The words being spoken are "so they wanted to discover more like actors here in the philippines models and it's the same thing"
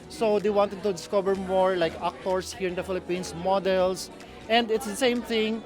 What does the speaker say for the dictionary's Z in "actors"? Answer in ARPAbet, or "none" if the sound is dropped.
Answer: S